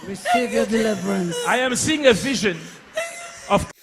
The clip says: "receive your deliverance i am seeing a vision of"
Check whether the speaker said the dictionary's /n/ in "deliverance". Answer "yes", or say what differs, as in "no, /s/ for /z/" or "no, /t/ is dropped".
yes